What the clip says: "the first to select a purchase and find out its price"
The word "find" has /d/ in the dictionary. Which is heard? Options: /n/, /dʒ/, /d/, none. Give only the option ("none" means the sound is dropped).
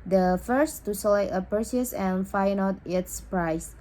none